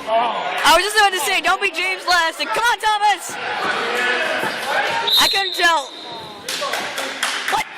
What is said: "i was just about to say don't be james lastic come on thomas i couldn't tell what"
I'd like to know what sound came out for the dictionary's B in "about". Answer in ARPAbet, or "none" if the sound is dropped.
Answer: none